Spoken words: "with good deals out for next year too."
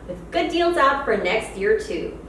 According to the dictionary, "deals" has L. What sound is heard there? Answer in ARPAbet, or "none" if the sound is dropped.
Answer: L